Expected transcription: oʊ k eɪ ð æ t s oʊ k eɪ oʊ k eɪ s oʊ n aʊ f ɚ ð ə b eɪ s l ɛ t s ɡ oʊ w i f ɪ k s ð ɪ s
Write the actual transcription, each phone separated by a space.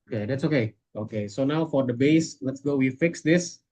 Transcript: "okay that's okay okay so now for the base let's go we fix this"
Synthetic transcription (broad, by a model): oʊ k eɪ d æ t s oʊ k eɪ oʊ k eɪ s oʊ n aʊ f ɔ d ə b eɪ s l ɛ t s ɡ oʊ w i f ɪ k s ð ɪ s